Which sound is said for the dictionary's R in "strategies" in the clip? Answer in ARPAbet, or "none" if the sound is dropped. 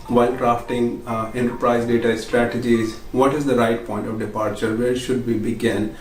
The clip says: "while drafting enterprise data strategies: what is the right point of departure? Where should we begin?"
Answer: R